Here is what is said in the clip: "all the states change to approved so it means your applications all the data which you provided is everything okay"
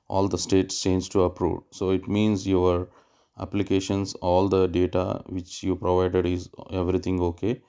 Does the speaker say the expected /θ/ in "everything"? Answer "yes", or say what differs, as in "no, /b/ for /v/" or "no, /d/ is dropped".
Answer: no, /t/ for /θ/